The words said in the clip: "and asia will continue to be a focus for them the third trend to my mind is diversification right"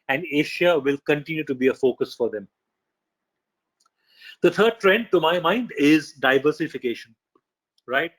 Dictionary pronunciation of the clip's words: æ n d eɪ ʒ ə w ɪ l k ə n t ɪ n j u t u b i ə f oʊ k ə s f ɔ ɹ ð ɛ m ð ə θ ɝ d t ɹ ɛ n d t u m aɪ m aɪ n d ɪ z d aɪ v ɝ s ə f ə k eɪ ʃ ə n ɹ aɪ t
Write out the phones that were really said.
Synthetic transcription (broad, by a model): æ n d eɪ ʃ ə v ɪ l k ə n t ɪ n j u t u b i ə f oʊ k ə s f ɔ ɹ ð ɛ m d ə t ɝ d t ɹ ɛ n d t u m aɪ m aɪ n d ɪ z d aɪ v ɝ s ə f ə k eɪ ʃ ə n ɹ aɪ t